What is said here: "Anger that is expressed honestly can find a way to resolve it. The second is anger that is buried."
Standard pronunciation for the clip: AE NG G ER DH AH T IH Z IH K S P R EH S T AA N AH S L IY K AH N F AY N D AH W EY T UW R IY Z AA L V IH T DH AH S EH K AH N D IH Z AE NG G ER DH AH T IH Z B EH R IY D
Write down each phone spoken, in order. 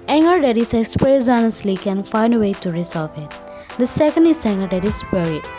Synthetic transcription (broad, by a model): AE NG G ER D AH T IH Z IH K S P R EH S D AA N AH S L IY K AH N F AY N D AH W EY T UW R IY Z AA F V IH T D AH S EH K AH N D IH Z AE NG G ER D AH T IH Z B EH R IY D